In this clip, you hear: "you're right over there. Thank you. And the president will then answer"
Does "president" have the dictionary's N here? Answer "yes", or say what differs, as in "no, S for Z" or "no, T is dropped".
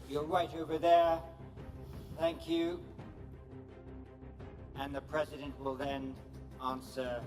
yes